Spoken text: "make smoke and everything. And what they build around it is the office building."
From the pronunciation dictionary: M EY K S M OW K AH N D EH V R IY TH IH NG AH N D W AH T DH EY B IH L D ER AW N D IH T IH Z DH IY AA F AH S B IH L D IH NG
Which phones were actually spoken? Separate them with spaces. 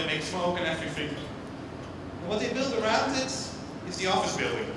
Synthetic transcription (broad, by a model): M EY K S OW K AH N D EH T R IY F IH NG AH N W AH T DH EY B IH L D ER AW N D IH T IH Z DH IY AA F AH S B IH L D IH NG